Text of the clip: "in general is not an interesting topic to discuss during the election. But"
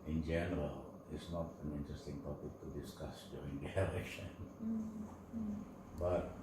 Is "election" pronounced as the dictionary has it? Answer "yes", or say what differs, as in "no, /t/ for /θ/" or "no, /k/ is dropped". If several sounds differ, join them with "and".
no, /k/ is dropped